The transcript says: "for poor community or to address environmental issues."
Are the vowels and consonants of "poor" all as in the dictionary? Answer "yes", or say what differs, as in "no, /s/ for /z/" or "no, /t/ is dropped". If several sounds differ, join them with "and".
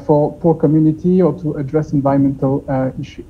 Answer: yes